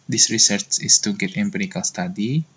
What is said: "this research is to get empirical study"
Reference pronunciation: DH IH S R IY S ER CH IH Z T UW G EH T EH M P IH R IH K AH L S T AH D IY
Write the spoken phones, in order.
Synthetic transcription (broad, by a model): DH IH S R IY S ER CH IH S T UW G EH T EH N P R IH K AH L S T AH D IY